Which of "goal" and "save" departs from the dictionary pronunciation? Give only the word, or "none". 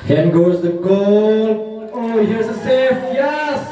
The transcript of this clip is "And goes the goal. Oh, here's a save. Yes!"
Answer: save